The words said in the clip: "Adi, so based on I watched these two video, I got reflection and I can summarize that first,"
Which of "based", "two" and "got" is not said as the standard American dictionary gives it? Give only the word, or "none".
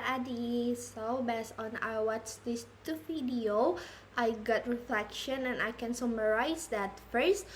based